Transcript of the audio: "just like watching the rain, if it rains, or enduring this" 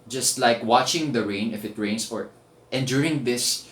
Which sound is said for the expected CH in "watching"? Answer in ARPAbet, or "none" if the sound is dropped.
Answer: CH